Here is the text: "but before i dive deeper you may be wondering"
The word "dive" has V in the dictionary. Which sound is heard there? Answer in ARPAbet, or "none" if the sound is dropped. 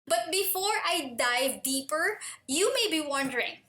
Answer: V